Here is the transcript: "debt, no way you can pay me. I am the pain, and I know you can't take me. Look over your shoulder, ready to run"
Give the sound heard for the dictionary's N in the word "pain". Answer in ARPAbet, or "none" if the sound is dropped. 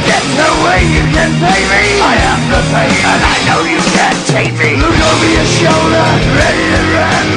none